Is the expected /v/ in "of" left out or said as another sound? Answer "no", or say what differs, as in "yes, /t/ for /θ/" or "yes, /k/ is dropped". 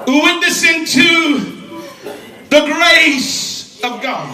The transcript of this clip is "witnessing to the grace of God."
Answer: no